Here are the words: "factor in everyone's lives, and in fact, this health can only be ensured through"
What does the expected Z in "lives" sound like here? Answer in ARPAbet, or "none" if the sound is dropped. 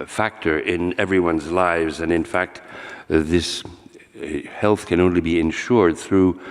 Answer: Z